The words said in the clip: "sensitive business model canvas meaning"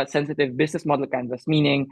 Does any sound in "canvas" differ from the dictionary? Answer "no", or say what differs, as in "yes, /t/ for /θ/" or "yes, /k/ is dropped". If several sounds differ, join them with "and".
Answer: yes, /v/ is dropped